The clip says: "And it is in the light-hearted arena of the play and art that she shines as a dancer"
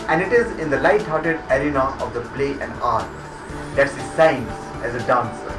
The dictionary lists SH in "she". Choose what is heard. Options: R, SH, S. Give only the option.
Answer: S